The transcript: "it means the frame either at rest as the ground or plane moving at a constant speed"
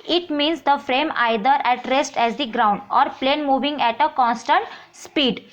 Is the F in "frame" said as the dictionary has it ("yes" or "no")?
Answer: yes